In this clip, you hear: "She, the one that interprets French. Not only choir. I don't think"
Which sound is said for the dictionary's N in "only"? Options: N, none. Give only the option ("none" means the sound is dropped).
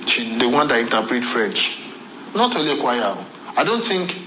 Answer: none